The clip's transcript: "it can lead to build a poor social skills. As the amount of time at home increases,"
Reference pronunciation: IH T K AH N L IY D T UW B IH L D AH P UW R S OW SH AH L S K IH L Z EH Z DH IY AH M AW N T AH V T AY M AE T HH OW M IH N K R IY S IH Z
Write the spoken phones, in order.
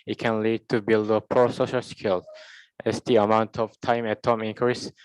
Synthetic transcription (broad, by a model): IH T K AH N L IY D T UW B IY L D AH P R S OW SH AH L S K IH L EH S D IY AH M AW N T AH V T AY M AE T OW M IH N K R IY S